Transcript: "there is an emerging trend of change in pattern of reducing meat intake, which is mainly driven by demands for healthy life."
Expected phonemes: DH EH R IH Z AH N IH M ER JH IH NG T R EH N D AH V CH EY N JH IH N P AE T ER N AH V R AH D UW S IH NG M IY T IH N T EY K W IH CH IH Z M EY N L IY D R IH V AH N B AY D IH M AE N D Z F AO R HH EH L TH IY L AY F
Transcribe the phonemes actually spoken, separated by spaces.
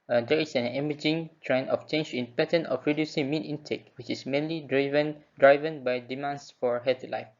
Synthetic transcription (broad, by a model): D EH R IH S AH N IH M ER JH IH NG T R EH N AH F CH EY N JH IH N P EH T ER N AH F R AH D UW S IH NG M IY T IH N T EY K W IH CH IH S M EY N L IY D R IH V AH N B AY D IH M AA N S F AO R HH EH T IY L AY F